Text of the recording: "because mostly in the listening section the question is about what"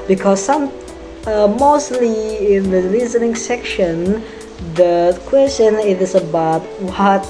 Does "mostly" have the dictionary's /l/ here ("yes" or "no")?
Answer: yes